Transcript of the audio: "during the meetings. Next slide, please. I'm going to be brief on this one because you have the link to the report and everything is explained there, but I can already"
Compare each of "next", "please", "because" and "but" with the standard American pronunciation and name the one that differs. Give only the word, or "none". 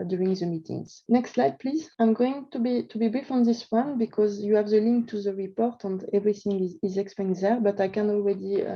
none